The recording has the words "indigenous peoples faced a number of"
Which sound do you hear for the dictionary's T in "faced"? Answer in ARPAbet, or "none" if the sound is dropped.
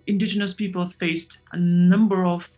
T